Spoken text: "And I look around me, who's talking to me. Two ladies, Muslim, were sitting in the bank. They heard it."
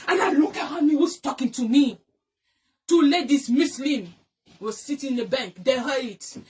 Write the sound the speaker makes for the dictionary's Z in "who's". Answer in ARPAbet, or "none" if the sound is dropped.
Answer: S